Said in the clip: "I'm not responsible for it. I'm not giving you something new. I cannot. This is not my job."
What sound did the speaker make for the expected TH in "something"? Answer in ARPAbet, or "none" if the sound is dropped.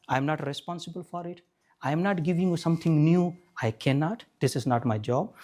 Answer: T